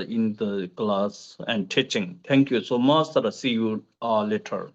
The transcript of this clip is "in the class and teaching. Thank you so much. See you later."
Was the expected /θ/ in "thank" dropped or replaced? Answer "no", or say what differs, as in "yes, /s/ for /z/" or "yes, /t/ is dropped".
yes, /t/ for /θ/